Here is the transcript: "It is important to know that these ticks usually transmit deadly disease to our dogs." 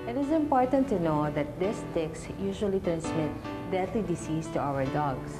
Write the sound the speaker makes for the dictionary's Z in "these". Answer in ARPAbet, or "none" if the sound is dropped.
S